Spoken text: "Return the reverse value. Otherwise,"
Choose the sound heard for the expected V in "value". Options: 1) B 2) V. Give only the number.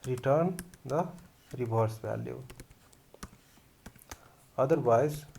1